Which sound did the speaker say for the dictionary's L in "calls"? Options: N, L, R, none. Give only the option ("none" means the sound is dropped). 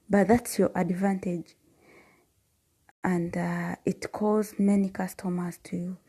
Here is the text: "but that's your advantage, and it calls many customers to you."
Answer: none